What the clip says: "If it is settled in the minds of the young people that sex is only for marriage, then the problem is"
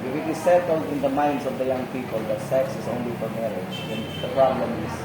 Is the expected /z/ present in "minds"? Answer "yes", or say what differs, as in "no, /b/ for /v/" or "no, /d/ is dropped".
no, /s/ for /z/